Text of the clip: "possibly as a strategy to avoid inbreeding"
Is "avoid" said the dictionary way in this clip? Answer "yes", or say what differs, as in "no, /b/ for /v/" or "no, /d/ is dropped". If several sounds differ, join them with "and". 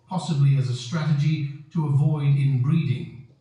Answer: yes